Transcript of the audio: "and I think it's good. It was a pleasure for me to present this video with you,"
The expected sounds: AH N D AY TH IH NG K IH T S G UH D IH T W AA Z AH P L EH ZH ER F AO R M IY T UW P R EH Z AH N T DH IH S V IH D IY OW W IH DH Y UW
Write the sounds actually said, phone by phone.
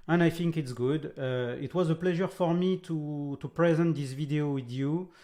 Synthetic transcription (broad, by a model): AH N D AY TH IH NG K IH T S G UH D IH T W AA Z AH P L EH ZH ER F AO R M IY T UW P R EH Z AH N T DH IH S V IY D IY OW W IH DH Y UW